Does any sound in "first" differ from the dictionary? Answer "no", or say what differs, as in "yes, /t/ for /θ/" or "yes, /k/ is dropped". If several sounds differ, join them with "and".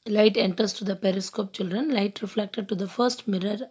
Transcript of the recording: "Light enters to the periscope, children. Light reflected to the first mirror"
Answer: no